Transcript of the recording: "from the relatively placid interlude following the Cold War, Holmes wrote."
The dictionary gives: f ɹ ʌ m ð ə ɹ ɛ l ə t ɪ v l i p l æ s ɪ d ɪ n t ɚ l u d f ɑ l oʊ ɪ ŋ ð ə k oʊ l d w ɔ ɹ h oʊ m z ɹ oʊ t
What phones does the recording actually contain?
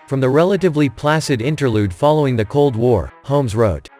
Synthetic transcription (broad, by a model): f ɹ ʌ m ð ə ɹ ɛ l ə t ɪ v l i p l æ s ɪ d ɪ n t ɚ l u d f ɑ l oʊ ɪ ŋ ð ə k oʊ l d w ɔ ɹ h oʊ m z ɹ oʊ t